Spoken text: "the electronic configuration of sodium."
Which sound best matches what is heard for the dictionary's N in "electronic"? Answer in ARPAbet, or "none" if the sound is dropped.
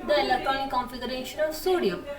none